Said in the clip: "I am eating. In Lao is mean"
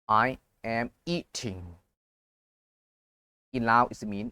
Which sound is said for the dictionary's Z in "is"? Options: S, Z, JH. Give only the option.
S